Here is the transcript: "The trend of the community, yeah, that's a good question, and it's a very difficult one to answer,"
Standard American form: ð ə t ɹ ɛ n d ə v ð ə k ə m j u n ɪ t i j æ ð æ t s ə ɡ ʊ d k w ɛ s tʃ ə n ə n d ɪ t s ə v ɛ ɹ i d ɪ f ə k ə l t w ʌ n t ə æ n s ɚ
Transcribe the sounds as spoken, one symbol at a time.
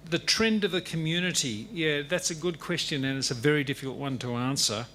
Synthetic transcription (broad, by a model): ð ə t ɹ ɛ n d ə v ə k ə m j u n ɪ t i j æ ð æ t s ə ɡ ʊ d k w ɛ s tʃ ə n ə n ɪ t s ə v ɛ ɹ i d ɪ f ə k l t w ʌ n t ə æ n s ɚ